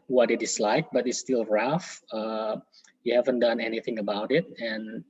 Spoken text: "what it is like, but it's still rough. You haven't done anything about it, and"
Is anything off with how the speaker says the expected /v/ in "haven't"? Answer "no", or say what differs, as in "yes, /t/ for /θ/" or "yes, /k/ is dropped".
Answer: no